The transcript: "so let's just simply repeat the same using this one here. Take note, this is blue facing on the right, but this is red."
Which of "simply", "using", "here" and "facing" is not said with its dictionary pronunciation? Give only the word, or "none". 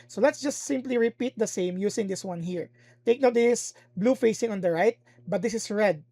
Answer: using